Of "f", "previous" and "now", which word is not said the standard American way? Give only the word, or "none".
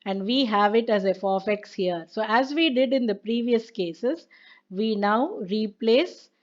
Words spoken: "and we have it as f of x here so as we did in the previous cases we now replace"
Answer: none